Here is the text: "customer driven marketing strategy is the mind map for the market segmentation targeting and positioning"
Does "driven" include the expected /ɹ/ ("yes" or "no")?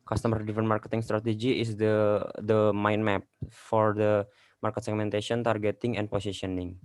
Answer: no